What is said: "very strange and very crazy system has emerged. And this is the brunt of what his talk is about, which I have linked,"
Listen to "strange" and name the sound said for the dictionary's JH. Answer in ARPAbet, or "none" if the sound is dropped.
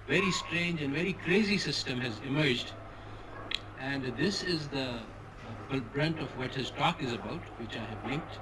JH